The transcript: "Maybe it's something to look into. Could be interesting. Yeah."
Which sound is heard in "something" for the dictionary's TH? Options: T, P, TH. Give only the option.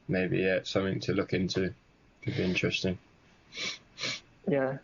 TH